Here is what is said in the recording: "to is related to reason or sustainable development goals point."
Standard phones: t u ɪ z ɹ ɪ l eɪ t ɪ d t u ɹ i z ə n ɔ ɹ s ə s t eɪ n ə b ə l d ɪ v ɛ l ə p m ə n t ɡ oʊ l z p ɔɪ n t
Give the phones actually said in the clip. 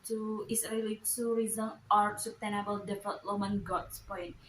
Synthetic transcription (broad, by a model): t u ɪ s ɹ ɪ l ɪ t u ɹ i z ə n ɔ ɹ s ə s t eɪ n ə b ə l d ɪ f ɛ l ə m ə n ɡ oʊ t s p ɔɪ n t